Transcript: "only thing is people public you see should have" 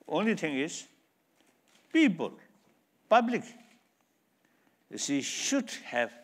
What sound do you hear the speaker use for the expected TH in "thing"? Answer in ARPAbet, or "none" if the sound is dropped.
T